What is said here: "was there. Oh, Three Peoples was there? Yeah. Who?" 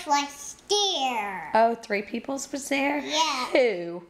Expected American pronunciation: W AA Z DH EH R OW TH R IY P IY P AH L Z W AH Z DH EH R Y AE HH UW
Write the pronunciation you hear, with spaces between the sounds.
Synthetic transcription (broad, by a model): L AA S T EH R OW TH R IY P IY P L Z W AH Z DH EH R Y AE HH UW